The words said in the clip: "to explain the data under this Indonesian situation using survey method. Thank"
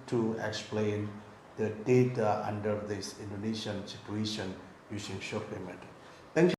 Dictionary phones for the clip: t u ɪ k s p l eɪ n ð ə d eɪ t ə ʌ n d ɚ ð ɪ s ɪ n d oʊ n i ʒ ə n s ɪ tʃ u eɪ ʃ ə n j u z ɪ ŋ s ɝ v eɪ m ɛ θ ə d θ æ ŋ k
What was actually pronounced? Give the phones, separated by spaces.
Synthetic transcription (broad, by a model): t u ɪ k s p l eɪ n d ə d eɪ t ə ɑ n d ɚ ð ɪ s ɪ n d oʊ n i ʃ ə n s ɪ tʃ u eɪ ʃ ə n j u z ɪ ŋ ʃ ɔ p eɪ m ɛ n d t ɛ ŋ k